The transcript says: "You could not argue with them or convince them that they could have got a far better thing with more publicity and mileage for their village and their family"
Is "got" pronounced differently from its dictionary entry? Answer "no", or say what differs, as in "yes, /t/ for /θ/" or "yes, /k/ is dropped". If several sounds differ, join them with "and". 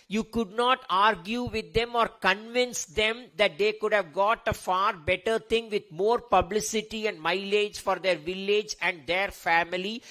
no